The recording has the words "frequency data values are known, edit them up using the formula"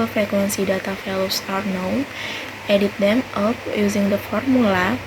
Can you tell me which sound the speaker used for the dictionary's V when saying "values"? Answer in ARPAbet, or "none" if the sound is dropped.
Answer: F